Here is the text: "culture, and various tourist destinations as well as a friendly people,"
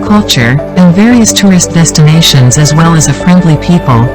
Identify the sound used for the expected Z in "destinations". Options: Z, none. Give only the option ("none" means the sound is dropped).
Z